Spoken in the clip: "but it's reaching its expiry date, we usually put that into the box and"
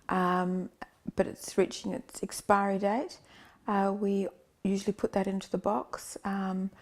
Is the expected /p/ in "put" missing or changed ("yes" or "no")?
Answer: no